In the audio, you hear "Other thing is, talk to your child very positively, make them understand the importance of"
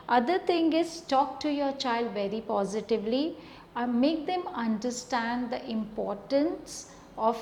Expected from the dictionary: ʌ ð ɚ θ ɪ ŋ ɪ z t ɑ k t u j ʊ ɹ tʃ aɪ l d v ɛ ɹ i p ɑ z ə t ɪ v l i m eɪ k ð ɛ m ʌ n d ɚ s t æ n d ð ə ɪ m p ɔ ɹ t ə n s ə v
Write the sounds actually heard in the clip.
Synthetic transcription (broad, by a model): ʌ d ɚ t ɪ ŋ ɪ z t ɑ k t u j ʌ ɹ tʃ aɪ l d v ɛ ɹ i p ɑ z ə t ɪ v l i m eɪ k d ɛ m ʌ n d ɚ s t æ n d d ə ɪ m p ɔ ɹ t ə n s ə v